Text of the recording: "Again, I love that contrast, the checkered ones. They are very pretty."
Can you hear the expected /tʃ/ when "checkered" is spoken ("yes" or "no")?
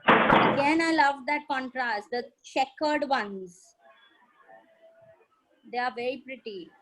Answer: no